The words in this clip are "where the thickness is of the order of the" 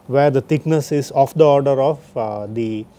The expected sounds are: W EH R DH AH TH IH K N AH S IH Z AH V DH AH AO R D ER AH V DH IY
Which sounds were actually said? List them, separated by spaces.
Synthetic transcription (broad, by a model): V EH R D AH T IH K N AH S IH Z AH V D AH AO R D ER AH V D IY